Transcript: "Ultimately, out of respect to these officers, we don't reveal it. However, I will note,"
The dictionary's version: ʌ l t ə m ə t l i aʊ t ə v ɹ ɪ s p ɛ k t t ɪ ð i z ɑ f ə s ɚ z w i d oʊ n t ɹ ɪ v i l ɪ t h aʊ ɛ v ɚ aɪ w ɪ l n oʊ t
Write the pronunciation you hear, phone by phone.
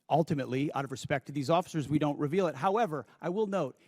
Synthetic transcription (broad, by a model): ʌ l t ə m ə t l i aʊ t ə v ɹ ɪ s p ɛ k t t ɪ ð i z ɑ f ə s ɚ z w i d oʊ n t ɹ ɪ v i l ɪ t h aʊ ɛ v ɚ aɪ w ɪ l n oʊ t